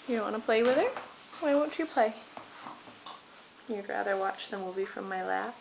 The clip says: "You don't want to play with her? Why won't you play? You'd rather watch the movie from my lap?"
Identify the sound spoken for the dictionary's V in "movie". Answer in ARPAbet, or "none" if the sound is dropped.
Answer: B